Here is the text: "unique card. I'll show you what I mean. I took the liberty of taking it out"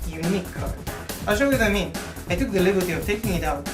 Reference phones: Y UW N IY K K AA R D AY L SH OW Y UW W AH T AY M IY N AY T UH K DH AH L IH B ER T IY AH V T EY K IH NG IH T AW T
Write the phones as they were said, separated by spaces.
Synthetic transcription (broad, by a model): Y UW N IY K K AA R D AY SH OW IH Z AY M IY N AY T UH K DH AH L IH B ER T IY AH V T EY K IH NG IH T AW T